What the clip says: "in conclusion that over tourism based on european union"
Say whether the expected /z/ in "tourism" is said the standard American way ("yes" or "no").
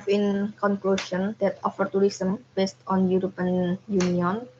no